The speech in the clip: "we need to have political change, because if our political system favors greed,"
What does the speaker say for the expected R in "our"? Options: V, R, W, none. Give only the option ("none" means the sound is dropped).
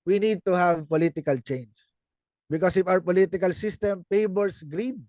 R